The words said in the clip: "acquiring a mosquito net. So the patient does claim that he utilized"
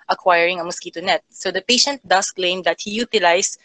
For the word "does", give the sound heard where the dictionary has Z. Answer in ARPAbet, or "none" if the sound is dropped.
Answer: S